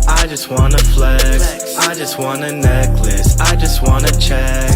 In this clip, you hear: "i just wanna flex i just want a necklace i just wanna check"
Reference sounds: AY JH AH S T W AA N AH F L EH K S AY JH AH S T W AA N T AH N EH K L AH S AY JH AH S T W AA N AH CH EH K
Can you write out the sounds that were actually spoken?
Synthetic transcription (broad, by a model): AY JH AH S T W AA N AH F L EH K AY JH AH S T W AA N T AH N EH K L AH S AY JH AH S T W AA N AH CH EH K